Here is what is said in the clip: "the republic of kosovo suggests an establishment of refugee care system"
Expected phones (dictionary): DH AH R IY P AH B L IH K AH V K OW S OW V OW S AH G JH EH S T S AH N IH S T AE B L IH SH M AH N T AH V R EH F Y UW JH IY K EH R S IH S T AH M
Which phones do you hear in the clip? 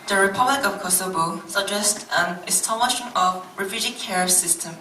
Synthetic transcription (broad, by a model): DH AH R IY P AH B L IH K AH V K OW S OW B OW S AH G JH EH S T AH N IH S T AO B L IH SH AH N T AH V R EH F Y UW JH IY K EH R S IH S T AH M